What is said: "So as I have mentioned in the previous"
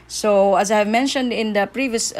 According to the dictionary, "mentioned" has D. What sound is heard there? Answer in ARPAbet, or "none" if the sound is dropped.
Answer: D